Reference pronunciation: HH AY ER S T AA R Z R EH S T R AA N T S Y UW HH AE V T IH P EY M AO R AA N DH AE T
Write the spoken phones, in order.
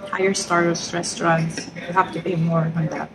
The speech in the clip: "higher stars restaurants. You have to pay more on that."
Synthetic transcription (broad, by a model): HH AY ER S T AA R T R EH S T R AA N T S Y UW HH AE F T IH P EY M AO R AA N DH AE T